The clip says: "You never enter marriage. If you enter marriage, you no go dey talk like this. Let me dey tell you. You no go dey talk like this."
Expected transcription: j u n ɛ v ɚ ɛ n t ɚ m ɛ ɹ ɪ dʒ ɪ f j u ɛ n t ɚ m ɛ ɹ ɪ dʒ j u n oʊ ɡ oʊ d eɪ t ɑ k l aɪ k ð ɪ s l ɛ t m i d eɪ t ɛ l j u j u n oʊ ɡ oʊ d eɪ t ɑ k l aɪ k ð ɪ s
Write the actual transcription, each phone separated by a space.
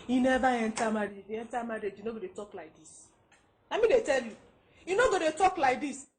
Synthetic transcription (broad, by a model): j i n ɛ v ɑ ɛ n t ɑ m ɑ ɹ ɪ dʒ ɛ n t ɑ m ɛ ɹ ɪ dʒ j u n oʊ ɡ oʊ d eɪ t ɑ k l aɪ k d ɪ s n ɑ m i d eɪ t ɛ l j u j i n oʊ ɡ oʊ d eɪ t ɑ k l aɪ k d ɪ s